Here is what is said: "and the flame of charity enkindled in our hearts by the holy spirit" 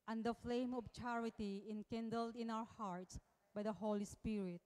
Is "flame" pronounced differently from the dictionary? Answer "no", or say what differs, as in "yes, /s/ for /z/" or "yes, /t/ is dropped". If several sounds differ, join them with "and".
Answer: no